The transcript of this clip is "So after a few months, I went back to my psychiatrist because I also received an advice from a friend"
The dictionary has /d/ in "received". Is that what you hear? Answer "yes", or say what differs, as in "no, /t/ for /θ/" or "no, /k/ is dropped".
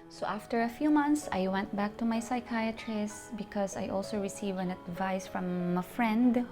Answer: no, /d/ is dropped